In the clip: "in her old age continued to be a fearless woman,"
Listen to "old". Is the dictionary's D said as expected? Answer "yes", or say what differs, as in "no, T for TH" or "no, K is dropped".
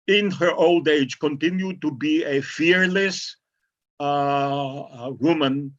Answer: yes